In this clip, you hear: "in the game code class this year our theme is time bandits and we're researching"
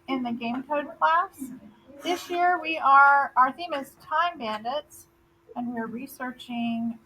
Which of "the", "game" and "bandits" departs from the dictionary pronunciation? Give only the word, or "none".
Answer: none